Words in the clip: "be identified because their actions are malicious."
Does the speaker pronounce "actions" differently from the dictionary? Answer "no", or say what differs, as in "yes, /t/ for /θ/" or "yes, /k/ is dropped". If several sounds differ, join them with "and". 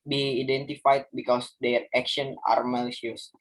yes, /z/ is dropped